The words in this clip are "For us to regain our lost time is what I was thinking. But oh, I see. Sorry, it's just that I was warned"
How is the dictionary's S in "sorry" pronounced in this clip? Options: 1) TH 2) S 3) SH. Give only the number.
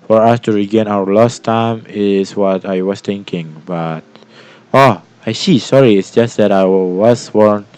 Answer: 2